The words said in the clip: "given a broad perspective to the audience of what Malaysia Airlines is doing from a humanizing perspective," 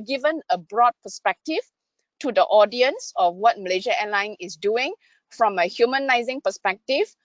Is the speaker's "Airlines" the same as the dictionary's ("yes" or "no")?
no